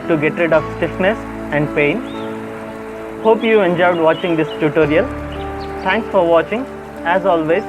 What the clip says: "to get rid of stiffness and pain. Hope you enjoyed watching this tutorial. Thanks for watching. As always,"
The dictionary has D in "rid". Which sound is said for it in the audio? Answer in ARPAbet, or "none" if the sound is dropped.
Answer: D